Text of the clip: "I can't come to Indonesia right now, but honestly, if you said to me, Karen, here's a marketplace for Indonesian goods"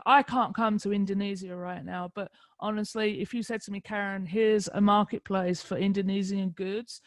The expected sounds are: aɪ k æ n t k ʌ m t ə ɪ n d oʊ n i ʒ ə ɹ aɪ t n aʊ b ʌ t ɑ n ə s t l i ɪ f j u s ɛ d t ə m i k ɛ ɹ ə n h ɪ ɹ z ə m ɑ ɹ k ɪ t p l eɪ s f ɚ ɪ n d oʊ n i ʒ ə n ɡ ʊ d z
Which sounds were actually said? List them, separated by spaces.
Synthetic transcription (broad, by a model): aɪ k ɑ n k ʌ m t ə ɪ n d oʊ n i z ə ɹ aɪ t n aʊ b ʌ t ɑ n ə s t l i ɪ f j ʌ s ɛ d t ə m i k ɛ ɹ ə n h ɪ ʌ z ə m ɑ k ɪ t p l eɪ s f ɚ ɪ n d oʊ n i z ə n ɡ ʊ d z